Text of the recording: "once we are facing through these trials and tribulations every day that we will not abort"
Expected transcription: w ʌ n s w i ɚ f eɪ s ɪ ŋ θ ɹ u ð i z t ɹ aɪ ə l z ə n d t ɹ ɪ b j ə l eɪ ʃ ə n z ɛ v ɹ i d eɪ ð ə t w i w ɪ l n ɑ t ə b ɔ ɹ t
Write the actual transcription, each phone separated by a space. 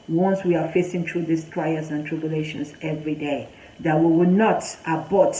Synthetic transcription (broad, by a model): w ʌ n s w i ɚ f eɪ s ɪ ŋ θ ɹ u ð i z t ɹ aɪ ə z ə n t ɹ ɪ b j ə l eɪ ʃ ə n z ɛ v ɹ i d eɪ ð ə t w i w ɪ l n ɑ t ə b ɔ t